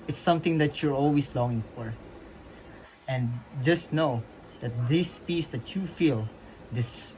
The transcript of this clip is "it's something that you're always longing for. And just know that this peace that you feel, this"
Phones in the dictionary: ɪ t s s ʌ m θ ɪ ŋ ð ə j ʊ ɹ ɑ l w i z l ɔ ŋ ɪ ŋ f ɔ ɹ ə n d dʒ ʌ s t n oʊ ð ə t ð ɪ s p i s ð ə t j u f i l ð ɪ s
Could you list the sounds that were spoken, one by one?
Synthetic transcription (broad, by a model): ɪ t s s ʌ m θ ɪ ŋ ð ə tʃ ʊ ɹ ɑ l w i s l ɔ ŋ ɪ ŋ f ɔ ɹ ə n d dʒ ʌ s t n oʊ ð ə t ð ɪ s p i s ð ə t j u f i l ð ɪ s